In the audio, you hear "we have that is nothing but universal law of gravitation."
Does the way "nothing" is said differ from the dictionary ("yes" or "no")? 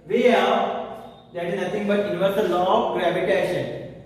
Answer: yes